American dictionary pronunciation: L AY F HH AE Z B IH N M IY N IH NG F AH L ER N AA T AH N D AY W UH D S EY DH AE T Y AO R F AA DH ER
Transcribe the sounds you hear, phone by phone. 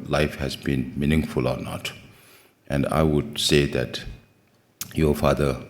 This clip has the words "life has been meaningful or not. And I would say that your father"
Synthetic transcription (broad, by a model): L AY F HH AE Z B IH N M IY N IH NG F AH L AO N AA T AH N D AY W UH D S EY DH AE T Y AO F AA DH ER